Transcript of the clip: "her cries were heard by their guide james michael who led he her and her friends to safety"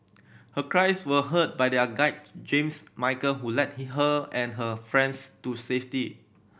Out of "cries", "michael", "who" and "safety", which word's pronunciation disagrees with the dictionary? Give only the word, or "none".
cries